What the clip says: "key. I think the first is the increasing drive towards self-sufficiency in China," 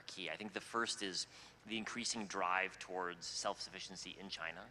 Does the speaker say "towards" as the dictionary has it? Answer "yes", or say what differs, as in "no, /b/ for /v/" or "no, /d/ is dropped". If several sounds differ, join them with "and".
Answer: yes